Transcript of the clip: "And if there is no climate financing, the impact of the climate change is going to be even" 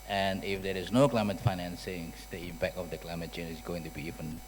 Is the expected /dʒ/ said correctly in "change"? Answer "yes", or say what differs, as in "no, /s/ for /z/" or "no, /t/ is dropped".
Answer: no, /dʒ/ is dropped